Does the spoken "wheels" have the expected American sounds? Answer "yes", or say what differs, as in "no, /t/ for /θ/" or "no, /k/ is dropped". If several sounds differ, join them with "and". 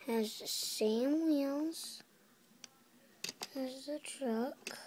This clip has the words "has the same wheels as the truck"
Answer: no, /n/ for /l/